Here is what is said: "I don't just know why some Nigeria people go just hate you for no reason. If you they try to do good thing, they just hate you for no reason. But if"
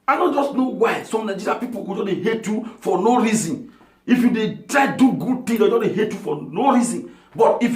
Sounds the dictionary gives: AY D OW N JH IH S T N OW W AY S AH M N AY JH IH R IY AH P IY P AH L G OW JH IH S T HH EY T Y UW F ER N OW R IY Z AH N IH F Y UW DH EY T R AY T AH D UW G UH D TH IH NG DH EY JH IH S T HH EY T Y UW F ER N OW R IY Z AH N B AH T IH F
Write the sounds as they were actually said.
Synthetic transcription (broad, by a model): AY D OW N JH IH S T N OW W AY S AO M N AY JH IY R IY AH P IY P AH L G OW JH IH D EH HH EY T Y UW F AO N OW R IY Z AH N IH F Y UW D EY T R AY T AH D UW G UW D T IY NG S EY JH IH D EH HH EY T Y UW F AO N OW R IY Z AH N B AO T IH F